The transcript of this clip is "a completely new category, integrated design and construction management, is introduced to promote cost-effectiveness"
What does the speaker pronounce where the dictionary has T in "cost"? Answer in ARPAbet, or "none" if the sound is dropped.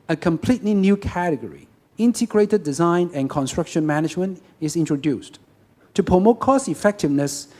none